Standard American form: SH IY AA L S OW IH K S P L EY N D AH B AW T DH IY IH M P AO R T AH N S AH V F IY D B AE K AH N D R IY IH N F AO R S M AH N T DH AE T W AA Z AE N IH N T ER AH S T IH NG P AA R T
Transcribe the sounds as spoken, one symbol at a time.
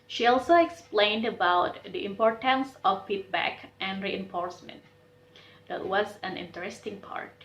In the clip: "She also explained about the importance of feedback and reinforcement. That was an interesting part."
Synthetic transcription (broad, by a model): SH IY AA L S OW IH K S P L EY N D AH B AW T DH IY IH M P AO R T AH N S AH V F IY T B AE K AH N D R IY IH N F AO R S M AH N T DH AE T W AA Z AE N IH N T ER AH S T IH NG P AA R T